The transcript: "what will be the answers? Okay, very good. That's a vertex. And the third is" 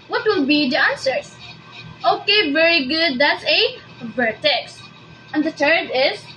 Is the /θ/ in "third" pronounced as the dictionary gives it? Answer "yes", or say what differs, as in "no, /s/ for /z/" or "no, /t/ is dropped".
no, /t/ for /θ/